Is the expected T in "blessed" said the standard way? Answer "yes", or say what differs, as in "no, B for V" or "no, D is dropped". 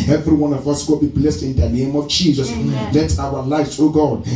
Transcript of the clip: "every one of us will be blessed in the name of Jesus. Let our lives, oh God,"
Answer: yes